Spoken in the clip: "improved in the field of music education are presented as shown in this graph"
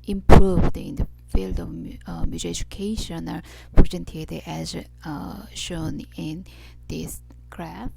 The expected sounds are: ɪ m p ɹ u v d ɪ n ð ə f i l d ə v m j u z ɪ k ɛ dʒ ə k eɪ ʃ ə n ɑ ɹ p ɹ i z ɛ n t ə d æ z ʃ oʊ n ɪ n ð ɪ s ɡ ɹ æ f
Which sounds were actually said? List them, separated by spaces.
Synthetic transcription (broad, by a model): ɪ m p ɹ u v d ɪ n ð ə f i l d ə v m j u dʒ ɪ ɛ dʒ ə k eɪ ʃ ə n ɑ ɹ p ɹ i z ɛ n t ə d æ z ʃ oʊ n ɪ n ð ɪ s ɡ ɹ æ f